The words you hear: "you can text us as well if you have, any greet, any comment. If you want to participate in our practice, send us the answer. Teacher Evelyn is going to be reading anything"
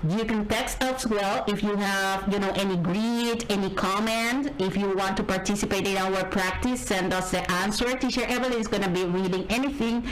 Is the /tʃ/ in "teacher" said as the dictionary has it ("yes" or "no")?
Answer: no